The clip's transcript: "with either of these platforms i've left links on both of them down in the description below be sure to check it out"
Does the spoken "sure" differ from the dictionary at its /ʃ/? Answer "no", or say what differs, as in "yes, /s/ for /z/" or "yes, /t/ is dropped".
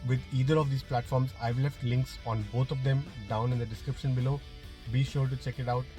no